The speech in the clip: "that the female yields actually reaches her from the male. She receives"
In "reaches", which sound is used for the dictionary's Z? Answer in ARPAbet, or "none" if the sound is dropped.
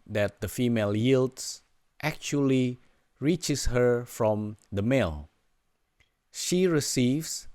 S